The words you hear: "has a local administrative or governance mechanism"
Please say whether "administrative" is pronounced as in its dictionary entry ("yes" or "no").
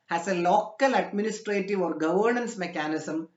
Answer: yes